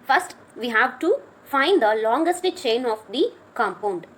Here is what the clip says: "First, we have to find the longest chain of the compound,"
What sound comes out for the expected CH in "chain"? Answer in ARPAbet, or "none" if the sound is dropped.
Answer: CH